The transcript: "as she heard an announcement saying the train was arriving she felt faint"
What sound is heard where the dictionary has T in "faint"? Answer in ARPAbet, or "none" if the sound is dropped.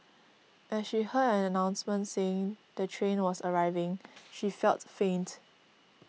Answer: T